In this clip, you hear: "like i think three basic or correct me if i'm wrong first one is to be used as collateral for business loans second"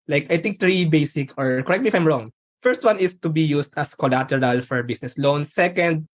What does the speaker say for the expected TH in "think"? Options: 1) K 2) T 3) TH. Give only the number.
2